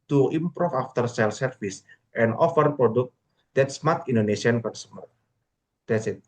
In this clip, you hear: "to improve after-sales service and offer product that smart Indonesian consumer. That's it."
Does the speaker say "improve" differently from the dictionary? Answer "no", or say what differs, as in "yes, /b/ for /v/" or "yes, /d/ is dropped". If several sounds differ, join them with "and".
yes, /f/ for /v/